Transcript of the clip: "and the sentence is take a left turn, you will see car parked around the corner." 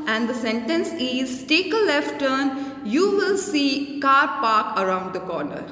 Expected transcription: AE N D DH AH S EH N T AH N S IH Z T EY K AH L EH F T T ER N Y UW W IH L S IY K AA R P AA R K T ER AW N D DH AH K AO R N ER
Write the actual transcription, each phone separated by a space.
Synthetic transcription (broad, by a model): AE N D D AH S EH N T AH N S IH Z T EY K AH L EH F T T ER N Y UW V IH L S IY K AA R P AA R K ER AW N D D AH K AO R N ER